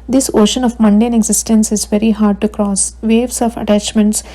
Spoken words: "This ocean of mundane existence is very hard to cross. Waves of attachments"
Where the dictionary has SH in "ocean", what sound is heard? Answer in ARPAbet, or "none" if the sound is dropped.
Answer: SH